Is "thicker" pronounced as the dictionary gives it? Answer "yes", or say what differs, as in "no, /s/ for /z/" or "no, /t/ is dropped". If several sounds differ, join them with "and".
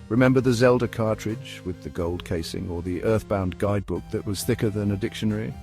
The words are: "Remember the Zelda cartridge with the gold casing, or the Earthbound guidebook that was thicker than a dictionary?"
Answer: yes